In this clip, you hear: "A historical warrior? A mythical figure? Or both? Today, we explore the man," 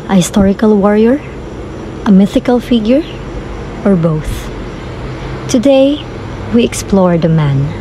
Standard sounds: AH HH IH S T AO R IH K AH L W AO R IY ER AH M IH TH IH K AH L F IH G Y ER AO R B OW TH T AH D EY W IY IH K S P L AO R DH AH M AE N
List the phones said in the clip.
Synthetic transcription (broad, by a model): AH HH IH S T AO R IH K AH L W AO R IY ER AH M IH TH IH K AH L F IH G Y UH AO R B OW TH T AH D EY W IY IH K S P L AO R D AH M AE N